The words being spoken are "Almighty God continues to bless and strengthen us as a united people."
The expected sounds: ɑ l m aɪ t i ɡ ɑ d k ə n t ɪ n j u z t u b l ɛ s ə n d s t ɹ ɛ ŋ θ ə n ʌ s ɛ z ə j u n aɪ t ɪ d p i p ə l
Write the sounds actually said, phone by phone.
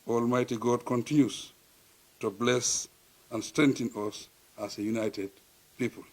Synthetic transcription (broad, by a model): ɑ l m aɪ t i ɡ ɑ d k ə n t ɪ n j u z t u b l ɛ s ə n s t ɹ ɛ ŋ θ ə n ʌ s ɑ s ə j u n aɪ t ɪ d p i p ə l